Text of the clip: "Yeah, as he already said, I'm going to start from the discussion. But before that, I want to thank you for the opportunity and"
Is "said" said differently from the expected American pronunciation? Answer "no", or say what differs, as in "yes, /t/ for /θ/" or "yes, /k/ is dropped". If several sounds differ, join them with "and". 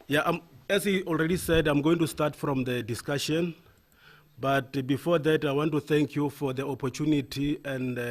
no